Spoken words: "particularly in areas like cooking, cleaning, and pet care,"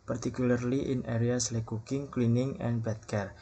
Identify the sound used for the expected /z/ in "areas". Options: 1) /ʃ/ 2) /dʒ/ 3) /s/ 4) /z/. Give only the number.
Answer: 3